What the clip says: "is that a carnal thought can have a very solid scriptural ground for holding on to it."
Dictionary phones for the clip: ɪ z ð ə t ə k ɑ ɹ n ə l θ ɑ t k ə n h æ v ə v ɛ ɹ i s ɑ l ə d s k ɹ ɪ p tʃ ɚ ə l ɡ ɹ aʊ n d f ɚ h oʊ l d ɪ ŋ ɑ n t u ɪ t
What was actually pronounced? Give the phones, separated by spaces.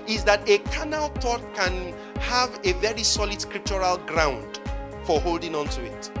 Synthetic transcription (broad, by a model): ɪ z ð ə t ə k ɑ n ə l t ɑ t k ə n h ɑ v ə v ɛ ɹ i s ɑ l ə d s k ɹ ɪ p tʃ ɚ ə l ɡ ɹ aʊ n d f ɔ h oʊ l d ɪ ŋ ɑ n t u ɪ t